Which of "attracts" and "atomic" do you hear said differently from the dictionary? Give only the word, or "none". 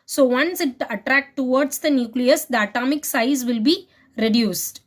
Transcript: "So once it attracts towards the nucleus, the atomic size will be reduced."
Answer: attracts